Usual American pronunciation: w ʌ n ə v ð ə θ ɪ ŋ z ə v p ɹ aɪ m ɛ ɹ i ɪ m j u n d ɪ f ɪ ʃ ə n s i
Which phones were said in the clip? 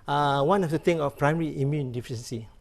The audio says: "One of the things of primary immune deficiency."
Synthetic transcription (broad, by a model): w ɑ n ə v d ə t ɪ ŋ ə f p ɹ aɪ m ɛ ɹ i ɪ m j u n d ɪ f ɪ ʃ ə n s i